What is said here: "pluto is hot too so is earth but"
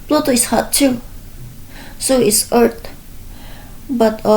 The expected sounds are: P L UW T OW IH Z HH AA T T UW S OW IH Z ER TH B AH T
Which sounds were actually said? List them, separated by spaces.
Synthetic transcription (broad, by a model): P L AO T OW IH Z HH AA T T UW S OW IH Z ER T B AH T